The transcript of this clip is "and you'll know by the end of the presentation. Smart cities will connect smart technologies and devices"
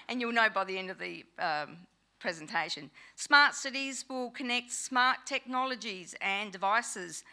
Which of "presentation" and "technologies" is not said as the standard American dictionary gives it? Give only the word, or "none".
none